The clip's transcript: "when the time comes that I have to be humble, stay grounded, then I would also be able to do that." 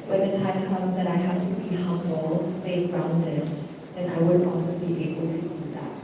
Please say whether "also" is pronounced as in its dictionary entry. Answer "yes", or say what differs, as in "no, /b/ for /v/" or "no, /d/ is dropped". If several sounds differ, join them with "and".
no, /l/ is dropped